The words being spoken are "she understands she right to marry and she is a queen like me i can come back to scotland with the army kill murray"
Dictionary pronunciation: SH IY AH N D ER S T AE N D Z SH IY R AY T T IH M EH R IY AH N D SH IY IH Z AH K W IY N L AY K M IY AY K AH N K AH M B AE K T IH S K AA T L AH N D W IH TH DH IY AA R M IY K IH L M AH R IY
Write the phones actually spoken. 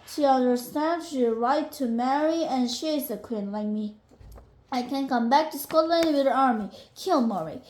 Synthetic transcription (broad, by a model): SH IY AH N D ER S T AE N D SH IY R AY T T IH M EH R IY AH N SH IY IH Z AH K W IY N L AY K M IY AY K AH N K AH M B AE K T IH S K AA T L AH N D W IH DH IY AA R M IY K IH L M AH R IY